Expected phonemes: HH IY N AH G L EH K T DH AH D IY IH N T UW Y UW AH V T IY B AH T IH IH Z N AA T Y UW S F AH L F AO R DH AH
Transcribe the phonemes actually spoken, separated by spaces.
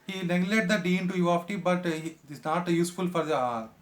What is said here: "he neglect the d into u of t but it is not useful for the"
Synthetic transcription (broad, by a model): HH IY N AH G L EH T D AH D IY IH N T UW Y UW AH F T IY B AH T IH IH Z N AA T Y UW S F AH L F AO R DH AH